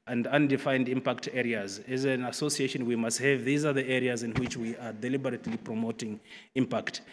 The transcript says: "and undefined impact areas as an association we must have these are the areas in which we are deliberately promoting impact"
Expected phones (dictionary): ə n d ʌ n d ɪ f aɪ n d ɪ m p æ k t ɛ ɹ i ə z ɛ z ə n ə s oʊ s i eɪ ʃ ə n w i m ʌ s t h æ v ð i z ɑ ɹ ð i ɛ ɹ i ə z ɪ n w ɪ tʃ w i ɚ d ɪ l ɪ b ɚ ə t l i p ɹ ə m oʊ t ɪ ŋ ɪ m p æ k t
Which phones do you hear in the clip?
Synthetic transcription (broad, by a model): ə n d ʌ n d ɪ f aɪ n d ɪ m p æ k t ɛ ɹ i ə z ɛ z ə n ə s oʊ s i eɪ ʃ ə n w i m ʌ s t h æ v ð i z ɑ ɹ ð i ɛ ɹ i ə z ɪ n w ɪ tʃ w i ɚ d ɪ l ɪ b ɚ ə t l i p ɹ ə m oʊ t ɪ ŋ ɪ m p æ k t